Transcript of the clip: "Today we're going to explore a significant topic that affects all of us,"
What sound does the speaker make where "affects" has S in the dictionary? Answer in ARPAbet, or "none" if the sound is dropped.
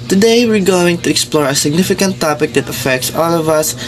S